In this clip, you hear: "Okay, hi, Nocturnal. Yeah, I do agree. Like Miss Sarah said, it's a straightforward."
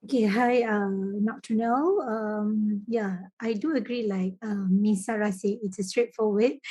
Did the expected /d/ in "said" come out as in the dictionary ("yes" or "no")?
no